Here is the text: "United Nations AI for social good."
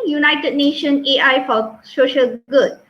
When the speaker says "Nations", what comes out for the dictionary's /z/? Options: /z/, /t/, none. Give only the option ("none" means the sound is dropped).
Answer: none